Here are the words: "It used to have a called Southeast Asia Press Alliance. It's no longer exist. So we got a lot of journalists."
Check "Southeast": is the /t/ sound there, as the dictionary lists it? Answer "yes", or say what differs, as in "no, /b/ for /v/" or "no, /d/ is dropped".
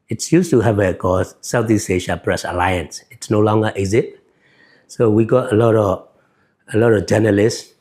no, /t/ is dropped